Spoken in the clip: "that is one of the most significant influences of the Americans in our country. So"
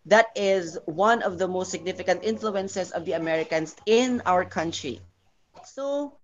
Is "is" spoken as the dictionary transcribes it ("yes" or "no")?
yes